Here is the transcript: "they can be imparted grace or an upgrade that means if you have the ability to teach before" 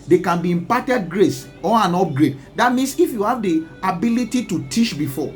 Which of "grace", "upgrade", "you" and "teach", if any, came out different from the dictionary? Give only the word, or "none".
teach